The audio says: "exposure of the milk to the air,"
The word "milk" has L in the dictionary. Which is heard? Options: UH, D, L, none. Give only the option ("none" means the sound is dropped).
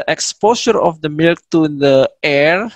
L